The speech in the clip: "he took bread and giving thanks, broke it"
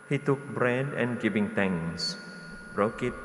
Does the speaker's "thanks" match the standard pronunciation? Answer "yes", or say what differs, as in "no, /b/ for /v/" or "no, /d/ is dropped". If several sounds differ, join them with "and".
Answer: no, /t/ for /θ/ and /k/ is dropped